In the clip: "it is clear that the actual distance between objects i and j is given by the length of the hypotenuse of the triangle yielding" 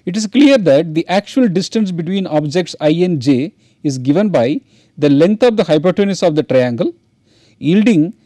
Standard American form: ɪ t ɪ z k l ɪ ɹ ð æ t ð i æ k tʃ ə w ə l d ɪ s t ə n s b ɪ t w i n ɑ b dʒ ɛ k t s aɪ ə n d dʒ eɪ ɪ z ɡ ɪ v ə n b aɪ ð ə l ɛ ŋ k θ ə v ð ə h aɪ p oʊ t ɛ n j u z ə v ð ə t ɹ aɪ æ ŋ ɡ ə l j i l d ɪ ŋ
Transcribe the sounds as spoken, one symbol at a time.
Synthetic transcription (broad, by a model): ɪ t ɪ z k l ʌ ɹ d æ t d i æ k tʃ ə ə l d ɪ s t ə n s b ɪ t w i n ɑ b dʒ ɛ k t s aɪ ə n dʒ eɪ ɪ z ɡ ɪ v ə n b aɪ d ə l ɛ ŋ k t ə v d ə h aɪ p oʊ t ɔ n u s ə v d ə t ɹ aɪ æ ŋ ɡ ə l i l d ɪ ŋ